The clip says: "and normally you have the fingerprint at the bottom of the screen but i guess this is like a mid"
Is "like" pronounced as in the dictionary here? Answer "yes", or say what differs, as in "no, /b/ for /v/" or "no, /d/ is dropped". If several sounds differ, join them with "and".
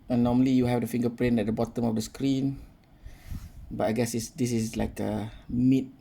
yes